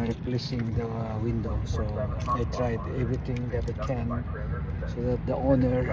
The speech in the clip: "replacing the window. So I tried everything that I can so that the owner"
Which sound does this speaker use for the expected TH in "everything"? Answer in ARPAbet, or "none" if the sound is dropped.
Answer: T